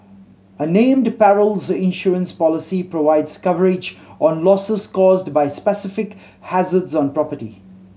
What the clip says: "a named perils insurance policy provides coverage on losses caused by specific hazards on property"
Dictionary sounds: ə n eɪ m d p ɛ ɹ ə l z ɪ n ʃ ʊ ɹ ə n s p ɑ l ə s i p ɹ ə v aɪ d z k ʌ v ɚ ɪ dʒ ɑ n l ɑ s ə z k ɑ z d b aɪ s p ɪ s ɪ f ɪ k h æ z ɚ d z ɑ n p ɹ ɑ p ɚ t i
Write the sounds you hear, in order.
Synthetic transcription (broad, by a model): ə n eɪ m d p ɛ ɹ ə l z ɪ n ʃ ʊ ɹ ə n s p ɑ l ə s i p ɹ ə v aɪ d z k ʌ v ɚ ɪ dʒ ɑ n l ɑ s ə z k ɑ z d b aɪ s p ɪ s ɪ f ɪ k h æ z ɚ d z ɑ n p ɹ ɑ p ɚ t i